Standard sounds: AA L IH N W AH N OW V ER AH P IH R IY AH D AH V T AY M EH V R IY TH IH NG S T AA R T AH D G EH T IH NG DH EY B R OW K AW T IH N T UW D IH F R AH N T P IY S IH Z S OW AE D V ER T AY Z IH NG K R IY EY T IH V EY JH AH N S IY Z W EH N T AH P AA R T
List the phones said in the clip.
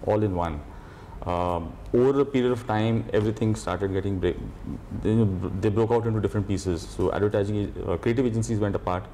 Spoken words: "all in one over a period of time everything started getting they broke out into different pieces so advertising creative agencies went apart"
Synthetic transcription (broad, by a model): AA L IH N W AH N OW V ER AH P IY R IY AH D AH V T AY M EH V R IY T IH NG S T AA R T AH D G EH T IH NG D EY B R OW K AW T IH N T UW D IH F R AH N T P IY S IH Z S OW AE D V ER T AY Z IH NG K R IY EY T IH V EY JH AH N S IY Z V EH N T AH P AA R T